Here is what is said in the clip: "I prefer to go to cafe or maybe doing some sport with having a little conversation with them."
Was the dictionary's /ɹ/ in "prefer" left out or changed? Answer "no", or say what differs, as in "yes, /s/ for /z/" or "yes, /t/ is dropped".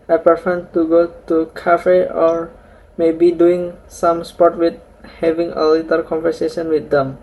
yes, /ɹ/ is dropped